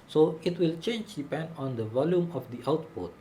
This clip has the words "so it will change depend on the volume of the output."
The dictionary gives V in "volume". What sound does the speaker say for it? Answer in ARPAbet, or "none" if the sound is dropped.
V